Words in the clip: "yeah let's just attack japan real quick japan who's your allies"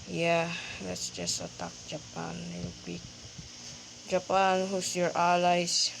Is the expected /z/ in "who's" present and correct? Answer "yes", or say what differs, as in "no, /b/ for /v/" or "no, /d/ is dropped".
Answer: no, /s/ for /z/